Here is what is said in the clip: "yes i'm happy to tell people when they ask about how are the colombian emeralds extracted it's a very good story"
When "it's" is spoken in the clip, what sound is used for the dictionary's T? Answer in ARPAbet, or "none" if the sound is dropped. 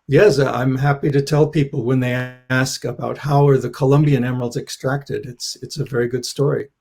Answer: T